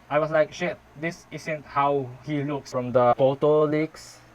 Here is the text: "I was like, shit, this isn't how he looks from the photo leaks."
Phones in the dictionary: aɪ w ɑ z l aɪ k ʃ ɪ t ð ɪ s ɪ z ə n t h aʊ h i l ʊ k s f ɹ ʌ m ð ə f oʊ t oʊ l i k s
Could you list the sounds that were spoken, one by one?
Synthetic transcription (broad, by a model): aɪ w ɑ s l aɪ k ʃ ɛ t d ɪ s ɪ s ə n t h aʊ h i l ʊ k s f ɹ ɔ m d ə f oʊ t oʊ l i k s